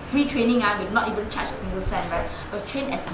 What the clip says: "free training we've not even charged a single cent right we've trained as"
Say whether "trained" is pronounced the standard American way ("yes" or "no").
no